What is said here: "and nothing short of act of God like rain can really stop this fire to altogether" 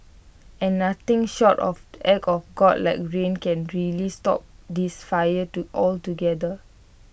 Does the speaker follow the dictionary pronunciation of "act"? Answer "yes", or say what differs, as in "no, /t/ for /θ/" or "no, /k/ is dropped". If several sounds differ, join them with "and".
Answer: no, /t/ is dropped